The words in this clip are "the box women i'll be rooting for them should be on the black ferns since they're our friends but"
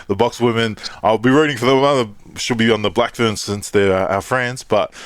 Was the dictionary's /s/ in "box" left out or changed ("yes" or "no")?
no